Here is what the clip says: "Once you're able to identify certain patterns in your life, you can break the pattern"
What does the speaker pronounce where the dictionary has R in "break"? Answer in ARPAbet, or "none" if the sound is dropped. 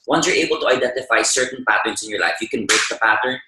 none